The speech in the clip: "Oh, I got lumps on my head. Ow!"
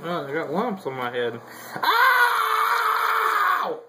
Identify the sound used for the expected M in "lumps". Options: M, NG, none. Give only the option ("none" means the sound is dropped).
M